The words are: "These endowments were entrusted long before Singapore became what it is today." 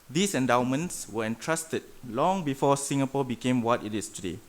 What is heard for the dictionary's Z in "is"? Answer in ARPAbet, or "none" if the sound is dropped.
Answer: S